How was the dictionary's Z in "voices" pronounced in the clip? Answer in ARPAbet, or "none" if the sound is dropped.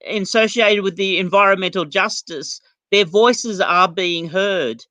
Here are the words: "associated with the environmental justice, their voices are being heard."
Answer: Z